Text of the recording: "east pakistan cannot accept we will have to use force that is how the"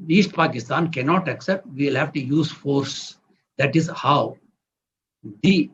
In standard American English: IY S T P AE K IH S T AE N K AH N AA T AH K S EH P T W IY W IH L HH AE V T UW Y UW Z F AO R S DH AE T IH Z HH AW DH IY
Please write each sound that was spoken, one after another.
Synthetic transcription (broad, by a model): IY S T P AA K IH S T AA N K AH N AA T AH K S EH P T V IY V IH L HH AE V T UW Y UW Z F AO R S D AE T IH Z HH AW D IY